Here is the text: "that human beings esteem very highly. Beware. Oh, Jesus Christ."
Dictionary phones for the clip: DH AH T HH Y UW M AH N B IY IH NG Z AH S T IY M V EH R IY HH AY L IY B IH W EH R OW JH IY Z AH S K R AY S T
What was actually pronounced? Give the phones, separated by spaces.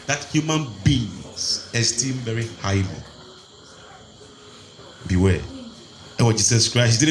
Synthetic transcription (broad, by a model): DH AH T HH Y UW M AH N B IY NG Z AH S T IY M V EH R IY HH AY L IY B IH W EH W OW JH IY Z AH S K R AY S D